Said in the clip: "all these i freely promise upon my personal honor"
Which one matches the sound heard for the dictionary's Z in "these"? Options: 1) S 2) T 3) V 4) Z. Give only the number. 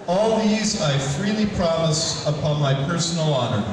4